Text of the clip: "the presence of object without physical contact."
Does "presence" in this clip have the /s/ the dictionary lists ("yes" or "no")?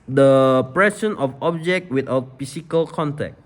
no